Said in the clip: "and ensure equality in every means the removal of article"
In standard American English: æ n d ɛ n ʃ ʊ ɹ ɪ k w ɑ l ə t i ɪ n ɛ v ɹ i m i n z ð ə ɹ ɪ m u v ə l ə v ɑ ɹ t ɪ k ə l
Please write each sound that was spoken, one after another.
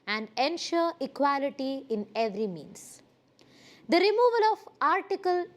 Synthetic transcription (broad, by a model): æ n d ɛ n ʃ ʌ ɹ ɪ k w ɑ l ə t i ɪ n ɛ v ɹ i m i n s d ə ɹ ɪ m u v ə l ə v ɑ ɹ t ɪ k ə l